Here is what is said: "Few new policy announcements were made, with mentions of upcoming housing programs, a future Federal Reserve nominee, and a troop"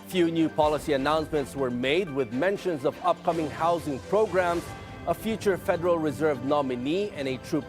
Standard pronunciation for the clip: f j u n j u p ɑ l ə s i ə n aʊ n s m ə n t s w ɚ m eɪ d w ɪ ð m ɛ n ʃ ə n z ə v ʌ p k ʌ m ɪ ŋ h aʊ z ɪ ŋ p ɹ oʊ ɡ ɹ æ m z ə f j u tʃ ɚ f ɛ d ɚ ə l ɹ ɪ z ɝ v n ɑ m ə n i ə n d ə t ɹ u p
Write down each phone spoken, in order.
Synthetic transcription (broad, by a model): f j u n j u p ɑ l ə s i ə n aʊ n s m ə n t s w ɚ m eɪ d w ɪ ð m ɛ n ʃ ə n z ə v ʌ p k ʌ m ɪ ŋ h aʊ z ɪ ŋ p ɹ oʊ ɡ ɹ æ m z ə f j u tʃ ɚ f ɛ d ɚ ə l ɹ ɪ z ɝ v n ɑ m ə n i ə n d ə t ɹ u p